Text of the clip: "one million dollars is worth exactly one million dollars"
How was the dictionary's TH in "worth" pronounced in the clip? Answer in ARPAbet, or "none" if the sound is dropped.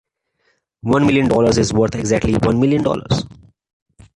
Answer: T